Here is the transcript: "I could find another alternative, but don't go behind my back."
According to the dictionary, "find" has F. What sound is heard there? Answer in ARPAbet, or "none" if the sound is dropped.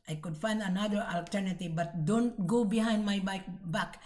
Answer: F